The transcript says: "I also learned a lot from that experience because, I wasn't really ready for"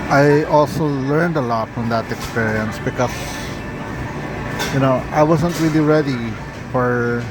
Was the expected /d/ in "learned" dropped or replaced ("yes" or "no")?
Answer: no